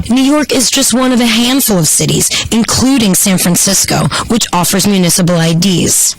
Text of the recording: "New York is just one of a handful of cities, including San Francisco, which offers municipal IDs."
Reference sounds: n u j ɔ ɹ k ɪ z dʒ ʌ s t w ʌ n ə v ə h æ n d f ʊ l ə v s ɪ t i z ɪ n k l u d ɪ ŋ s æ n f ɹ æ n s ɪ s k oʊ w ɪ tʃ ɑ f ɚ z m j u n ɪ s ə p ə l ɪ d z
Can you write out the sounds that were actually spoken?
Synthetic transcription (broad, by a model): n u j ɔ ɹ k ɪ z dʒ ʌ s t w ʌ n ə v ə h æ n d f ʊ l ə v s ɪ t i z ɪ n k l u d ɪ ŋ s æ n f ɹ æ n s ɪ s k oʊ w ɪ tʃ ɑ f ɚ z m j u n ɪ s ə p l ɪ d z